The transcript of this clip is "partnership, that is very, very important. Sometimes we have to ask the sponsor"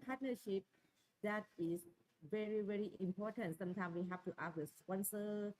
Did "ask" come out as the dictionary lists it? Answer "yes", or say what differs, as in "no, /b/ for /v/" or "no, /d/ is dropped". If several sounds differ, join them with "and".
no, /s/ is dropped